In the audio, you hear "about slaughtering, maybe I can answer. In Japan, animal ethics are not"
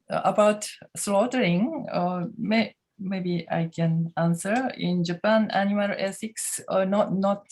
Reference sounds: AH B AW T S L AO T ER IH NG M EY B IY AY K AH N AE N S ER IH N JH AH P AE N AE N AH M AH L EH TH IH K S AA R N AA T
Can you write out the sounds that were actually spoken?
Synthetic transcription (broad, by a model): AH B AW T S L AO T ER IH NG M EY B IY AY K AH N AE N S ER IH N JH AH P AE N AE N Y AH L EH S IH K S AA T N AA T